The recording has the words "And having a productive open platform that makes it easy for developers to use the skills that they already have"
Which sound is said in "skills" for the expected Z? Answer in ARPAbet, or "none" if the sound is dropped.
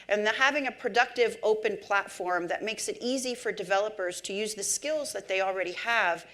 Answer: Z